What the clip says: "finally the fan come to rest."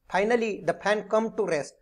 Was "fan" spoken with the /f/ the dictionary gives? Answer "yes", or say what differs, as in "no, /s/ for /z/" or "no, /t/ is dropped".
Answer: no, /p/ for /f/